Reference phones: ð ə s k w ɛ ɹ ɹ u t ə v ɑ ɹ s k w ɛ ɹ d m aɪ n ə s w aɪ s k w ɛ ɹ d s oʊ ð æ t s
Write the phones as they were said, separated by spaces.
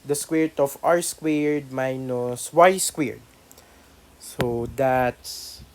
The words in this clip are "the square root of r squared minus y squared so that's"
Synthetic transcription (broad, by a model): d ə s k w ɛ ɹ ɹ t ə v ɑ ɹ s k w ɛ ɹ d m aɪ n ə s w aɪ s k w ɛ ɹ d s oʊ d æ t s